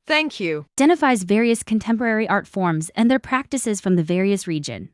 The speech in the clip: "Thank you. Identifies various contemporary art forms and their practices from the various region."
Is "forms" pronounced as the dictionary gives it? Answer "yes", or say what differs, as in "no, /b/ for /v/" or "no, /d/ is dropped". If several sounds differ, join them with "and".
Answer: yes